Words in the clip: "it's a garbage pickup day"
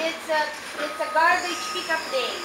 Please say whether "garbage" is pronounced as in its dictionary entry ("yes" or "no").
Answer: no